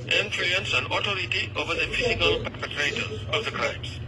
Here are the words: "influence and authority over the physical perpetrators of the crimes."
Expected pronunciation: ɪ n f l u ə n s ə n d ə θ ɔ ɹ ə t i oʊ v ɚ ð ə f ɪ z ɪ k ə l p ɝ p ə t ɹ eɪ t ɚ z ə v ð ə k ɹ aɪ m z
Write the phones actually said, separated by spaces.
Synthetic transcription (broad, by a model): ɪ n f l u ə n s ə n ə t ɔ ɹ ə t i oʊ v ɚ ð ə f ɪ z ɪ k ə l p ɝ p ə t ɹ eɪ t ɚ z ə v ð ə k ɹ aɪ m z